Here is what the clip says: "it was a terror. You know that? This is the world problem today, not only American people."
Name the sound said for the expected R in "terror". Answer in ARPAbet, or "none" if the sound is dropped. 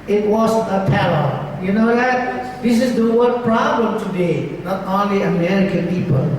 L